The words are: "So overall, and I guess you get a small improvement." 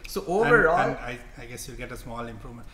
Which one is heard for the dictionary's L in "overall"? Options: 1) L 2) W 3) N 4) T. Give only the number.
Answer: 3